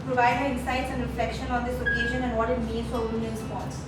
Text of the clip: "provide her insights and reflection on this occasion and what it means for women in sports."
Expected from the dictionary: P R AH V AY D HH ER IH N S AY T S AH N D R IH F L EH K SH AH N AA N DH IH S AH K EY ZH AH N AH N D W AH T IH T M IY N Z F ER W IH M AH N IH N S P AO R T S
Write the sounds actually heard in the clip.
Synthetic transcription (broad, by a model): P R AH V AY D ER IH N S AY T S AH N D R IH F L EH K SH AH N AA N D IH S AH K EY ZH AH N AH N D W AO T IH T M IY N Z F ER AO AH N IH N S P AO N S